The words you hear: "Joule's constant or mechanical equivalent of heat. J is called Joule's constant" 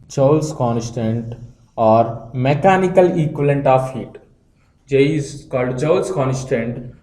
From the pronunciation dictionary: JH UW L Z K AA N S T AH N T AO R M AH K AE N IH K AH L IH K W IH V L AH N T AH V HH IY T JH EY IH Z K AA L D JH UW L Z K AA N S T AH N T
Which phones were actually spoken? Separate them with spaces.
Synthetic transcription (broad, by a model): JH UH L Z K AA N S T AH N T AO R M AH K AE N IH K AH L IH K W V L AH N T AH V HH IY T JH EY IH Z K AA L D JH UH L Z K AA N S T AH N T